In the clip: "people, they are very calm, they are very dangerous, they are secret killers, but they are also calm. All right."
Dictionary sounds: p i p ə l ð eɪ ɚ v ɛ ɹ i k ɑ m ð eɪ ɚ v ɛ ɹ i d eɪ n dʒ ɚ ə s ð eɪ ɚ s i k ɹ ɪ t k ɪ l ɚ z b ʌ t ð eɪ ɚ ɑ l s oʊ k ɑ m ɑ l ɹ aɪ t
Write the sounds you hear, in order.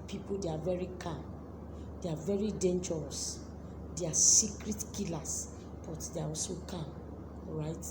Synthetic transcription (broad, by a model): p i p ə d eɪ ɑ v ɛ ɹ i k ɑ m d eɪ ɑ v ɛ ɹ i d eɪ n dʒ ɚ ə s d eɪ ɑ s i k ɹ ɪ t k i l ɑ s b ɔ t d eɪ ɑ ɑ l s oʊ k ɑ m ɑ ɹ aɪ t